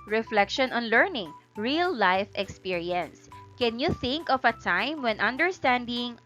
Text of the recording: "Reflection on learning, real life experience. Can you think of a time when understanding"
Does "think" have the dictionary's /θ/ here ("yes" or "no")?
yes